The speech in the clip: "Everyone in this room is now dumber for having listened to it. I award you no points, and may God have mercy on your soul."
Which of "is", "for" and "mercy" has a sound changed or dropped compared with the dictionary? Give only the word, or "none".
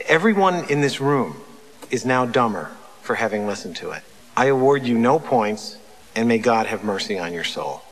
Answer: none